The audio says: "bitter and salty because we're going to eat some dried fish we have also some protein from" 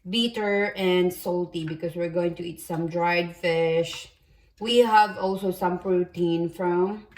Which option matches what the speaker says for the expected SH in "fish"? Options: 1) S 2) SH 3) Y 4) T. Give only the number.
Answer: 2